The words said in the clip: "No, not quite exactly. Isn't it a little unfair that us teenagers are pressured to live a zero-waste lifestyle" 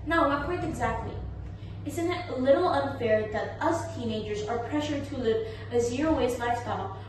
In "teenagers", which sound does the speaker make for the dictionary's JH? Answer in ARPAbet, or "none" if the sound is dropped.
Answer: JH